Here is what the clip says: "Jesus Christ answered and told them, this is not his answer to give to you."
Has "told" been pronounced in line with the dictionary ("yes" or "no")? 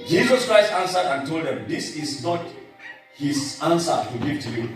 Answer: yes